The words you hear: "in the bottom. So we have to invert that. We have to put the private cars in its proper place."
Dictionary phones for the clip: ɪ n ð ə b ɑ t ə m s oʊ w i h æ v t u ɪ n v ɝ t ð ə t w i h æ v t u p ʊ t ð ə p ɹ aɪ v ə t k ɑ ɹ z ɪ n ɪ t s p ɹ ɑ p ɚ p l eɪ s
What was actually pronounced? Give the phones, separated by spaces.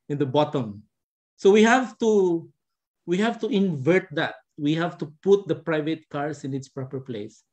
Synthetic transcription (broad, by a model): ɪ n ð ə b ɑ t ə m s oʊ w i h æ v t u ɪ n v ɝ t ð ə t w i h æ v t u p ʊ t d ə p ɹ aɪ v ə t k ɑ ɹ s ɪ n ɪ t s p ɹ ɑ p ɚ p l eɪ s